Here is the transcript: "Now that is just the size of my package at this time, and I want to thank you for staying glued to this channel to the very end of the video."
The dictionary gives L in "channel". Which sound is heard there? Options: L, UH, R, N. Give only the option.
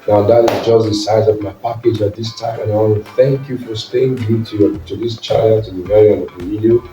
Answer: N